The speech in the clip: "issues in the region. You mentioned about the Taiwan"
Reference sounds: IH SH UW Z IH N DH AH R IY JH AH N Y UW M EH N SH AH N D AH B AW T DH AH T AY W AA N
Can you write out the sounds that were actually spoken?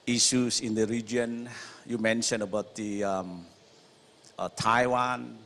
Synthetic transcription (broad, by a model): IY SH UW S IH N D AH R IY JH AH N Y UW M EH N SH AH N AH B AW T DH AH T AY W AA N